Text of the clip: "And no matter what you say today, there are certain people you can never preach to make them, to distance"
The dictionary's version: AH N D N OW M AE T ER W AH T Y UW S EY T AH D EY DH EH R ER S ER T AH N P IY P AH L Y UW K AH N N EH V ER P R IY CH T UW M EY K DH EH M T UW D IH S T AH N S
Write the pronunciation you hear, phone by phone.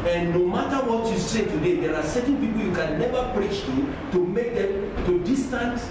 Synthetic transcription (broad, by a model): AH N N OW M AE T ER W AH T Y UW S EY T AH D EY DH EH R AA S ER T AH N P IY P L Y UW K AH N N EH V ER P R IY CH T UW M EY K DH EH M T UW D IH S T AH N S